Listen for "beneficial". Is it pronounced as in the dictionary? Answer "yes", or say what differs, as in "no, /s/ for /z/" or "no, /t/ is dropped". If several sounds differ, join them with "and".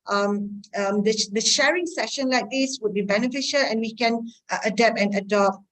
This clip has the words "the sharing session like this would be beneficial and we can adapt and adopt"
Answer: yes